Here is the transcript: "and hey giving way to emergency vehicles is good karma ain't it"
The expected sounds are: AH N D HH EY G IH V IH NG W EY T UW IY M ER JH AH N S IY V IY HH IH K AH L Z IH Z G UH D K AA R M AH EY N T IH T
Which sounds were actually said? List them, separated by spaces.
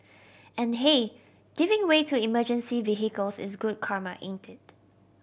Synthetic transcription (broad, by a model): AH N HH EY G IH V IH NG W EY T UW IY M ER JH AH N S IY V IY HH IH K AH L S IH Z G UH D K AA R M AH EY N T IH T